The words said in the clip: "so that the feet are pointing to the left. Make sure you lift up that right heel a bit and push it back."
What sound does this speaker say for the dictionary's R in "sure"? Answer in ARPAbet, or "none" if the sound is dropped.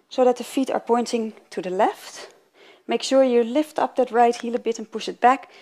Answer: R